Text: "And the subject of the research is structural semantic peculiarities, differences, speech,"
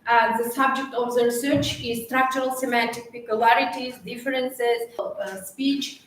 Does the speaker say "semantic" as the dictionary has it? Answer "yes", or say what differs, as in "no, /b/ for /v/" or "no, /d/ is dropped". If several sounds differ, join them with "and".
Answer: yes